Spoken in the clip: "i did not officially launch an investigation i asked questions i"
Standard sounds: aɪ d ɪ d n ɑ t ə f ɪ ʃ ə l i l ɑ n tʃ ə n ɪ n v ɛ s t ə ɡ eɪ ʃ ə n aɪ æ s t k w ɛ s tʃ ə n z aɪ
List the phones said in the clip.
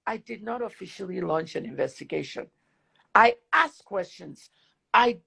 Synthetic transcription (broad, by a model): aɪ d ɪ d n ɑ t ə f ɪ ʃ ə l i l ɑ n tʃ ə n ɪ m v ɛ s t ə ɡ eɪ ʃ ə n aɪ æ s k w ɛ s tʃ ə n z aɪ